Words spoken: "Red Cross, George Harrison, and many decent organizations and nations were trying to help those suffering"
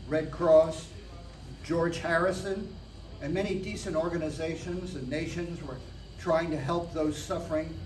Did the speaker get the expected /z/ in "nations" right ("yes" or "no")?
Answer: yes